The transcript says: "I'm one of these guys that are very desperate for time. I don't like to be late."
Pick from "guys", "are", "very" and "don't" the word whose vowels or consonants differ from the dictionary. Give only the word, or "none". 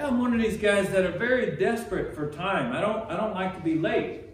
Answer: none